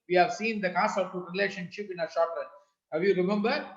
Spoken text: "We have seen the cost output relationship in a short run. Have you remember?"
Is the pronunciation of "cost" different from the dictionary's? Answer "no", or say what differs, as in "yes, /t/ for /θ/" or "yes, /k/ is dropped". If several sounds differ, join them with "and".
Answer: yes, /t/ is dropped